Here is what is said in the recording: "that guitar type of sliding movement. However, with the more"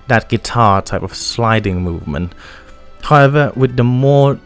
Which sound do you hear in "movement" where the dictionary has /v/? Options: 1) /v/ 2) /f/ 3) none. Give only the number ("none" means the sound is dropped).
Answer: 1